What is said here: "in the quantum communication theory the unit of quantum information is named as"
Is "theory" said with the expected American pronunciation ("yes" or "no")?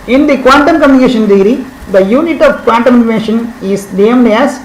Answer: no